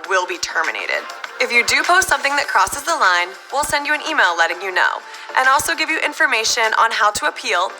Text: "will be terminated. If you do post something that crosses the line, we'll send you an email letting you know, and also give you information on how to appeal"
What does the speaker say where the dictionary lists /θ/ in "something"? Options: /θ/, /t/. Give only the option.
/θ/